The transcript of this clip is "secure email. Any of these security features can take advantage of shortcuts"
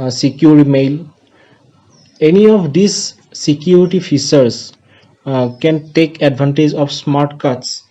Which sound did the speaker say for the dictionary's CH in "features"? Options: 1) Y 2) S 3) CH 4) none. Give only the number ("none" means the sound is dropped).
2